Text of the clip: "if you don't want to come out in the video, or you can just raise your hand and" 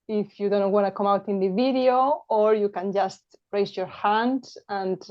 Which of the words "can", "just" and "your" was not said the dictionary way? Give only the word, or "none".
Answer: none